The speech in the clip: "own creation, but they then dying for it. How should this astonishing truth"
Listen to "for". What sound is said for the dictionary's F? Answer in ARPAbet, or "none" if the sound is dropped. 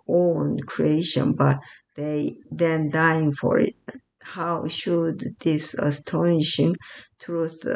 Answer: F